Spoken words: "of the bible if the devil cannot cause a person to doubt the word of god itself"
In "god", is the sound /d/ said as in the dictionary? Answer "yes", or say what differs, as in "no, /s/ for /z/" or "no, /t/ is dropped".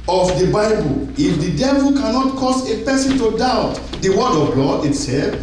no, /d/ is dropped